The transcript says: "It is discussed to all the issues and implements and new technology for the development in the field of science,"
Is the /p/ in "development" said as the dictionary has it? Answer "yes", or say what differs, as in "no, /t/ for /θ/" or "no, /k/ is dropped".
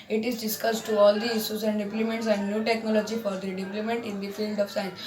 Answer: no, /p/ is dropped